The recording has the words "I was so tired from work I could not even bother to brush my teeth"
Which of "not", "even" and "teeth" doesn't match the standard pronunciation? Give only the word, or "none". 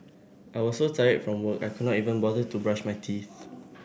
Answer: none